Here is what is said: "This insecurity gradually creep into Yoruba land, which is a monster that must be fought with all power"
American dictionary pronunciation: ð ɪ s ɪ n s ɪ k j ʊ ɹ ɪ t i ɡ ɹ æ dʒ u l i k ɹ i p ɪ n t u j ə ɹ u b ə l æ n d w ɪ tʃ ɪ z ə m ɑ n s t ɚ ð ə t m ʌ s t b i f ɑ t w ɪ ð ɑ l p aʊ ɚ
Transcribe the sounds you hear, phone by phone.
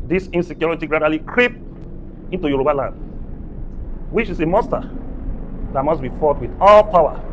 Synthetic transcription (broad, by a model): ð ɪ s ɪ n s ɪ k j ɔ ɹ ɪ t i ɡ ɹ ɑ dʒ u l i k ɹ i p ɪ n t u j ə ɹ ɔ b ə l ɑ n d w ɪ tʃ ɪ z ə m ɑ s t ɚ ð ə t m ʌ s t b i f ɑ t w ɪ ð ɑ l p aʊ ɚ